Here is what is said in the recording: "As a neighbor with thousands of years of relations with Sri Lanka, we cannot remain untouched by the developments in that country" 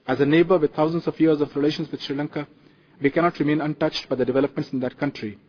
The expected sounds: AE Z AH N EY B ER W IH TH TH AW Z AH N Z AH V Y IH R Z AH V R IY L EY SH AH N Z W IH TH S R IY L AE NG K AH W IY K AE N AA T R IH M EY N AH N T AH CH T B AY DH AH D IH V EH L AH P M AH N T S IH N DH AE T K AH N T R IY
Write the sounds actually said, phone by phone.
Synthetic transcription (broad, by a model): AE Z AH N EY B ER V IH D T AW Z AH N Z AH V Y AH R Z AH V R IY L EY SH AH N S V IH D S R IY L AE NG K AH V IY K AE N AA T R IH M EY N AH N T AH CH T B AY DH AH D IH V EH L AH P M AH N T S IH N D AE T K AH N T R IY